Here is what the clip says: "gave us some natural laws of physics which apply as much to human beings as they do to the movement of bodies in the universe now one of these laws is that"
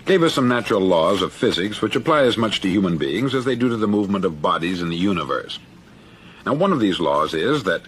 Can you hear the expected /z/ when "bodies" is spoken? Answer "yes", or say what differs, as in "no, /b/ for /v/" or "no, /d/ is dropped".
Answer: yes